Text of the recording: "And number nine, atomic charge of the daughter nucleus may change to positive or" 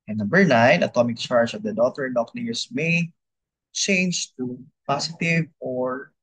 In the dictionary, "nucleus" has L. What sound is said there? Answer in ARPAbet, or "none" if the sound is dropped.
N